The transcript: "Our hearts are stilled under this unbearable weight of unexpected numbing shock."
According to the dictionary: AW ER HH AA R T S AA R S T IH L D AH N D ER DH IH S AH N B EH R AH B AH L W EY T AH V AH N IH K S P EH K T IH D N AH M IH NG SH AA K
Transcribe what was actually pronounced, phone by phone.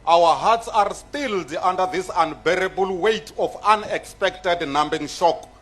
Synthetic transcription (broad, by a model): AW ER HH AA T S AA R S T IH L D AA N D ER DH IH S AH N B EH R AH B AH L W EY T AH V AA N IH K S P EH K T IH D N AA M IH NG SH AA K